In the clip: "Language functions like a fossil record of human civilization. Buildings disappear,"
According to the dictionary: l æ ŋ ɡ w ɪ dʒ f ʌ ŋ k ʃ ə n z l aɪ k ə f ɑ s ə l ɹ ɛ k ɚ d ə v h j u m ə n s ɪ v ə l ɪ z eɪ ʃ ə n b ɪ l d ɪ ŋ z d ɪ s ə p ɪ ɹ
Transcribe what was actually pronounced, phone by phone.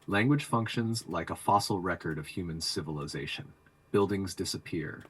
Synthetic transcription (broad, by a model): l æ ŋ ɡ w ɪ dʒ f ʌ ŋ k ʃ ə n z l aɪ k ə f ɑ s l ɹ ɛ k ɚ d ə v h j u m ə n s ɪ v ə l ɪ z eɪ ʃ ə n b ɪ l d ɪ ŋ z d ɪ s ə p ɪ ɹ